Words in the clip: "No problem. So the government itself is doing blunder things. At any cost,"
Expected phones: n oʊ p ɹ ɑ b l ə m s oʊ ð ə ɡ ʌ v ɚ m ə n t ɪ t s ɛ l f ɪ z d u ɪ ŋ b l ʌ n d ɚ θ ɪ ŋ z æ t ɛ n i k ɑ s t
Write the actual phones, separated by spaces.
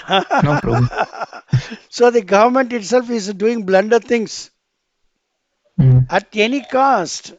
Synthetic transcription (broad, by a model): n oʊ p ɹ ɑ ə s oʊ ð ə ɡ ʌ v ɚ m ə n t ɪ t s ɛ l f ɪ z d u ɪ ŋ b l ʌ n d ɚ t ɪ ŋ s æ t ɛ n i k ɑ s t